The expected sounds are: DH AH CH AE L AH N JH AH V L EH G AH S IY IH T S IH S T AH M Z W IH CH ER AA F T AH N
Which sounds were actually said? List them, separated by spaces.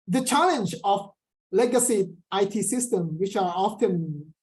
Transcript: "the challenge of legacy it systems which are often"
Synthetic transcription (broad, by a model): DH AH CH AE L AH N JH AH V L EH G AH S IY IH T S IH S T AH M W IH CH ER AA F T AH N